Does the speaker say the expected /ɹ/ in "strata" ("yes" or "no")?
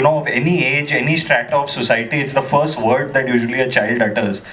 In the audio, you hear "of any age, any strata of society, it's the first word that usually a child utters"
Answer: yes